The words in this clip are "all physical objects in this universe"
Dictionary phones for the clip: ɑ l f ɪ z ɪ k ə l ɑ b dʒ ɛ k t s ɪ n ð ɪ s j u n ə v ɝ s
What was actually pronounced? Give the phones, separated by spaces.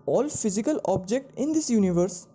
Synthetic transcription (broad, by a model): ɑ l f ɪ z ɪ k ə l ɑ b dʒ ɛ k t ɪ n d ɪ s j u n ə v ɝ s